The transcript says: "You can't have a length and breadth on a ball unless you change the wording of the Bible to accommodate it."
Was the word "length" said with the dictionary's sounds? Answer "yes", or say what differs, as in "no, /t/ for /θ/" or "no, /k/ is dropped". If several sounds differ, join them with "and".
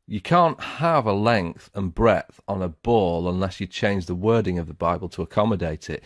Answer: yes